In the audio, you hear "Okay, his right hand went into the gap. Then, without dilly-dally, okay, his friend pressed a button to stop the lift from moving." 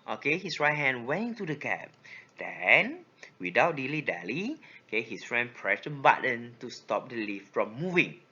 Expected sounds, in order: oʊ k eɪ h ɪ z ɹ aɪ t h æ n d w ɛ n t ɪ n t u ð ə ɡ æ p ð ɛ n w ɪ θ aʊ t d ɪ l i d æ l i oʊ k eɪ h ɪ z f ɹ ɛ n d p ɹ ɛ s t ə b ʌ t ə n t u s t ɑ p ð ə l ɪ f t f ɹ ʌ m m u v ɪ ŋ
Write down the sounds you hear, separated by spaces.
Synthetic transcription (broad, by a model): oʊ k eɪ h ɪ s ɹ aɪ t h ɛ n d w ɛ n ɪ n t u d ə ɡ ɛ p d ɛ n w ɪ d aʊ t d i l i d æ l i oʊ k eɪ h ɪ s f ɹ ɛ n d p ɹ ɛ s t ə b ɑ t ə n t u s t ɑ p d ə l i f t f ɹ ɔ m m u v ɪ ŋ